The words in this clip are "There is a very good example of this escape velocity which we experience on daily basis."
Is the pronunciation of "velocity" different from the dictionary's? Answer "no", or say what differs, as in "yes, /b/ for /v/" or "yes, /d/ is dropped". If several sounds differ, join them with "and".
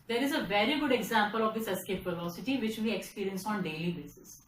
yes, /p/ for /v/